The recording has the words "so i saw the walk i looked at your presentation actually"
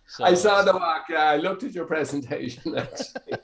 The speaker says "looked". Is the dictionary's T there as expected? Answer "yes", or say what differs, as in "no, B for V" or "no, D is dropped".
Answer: yes